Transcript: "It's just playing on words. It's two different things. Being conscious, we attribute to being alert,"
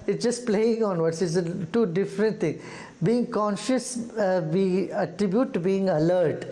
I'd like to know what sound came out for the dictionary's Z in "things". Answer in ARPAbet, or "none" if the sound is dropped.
none